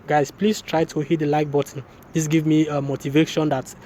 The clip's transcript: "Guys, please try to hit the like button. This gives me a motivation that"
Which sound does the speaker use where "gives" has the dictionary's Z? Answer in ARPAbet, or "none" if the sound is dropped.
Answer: none